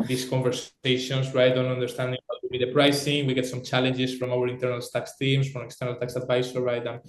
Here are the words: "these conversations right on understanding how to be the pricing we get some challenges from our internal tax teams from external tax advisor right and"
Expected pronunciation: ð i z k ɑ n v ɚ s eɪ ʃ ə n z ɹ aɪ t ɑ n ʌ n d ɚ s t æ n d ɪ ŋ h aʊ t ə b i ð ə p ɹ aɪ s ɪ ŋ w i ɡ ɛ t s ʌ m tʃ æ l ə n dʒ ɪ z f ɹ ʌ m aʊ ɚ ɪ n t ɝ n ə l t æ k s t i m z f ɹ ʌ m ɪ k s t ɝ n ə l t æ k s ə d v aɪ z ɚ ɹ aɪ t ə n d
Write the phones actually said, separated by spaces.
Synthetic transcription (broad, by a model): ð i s k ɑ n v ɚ s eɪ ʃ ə n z ɹ aɪ t ɑ n ʌ n d ɚ s t æ n d ɪ ŋ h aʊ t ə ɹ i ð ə p ɹ aɪ s ɪ ŋ w i ɡ ɛ t s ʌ m tʃ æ l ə n dʒ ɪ s f ɹ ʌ m aʊ ɚ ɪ n t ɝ n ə l t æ k s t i m s f ɹ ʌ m ɪ k s t ɝ n ə l t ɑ k s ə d v aɪ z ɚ ɹ aɪ t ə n